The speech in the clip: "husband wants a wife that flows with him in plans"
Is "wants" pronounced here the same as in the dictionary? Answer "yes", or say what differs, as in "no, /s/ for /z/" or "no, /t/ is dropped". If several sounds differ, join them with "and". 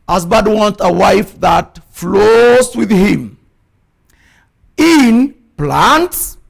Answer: no, /s/ is dropped